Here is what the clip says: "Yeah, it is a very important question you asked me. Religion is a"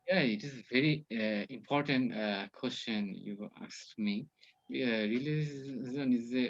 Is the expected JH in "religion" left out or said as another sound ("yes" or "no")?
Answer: yes